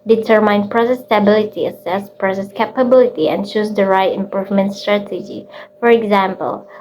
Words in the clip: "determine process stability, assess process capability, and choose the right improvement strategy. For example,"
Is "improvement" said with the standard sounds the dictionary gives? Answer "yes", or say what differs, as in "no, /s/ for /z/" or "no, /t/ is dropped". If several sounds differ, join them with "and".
yes